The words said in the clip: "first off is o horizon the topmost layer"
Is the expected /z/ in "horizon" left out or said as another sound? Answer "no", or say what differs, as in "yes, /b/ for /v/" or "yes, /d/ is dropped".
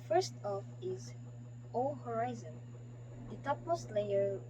no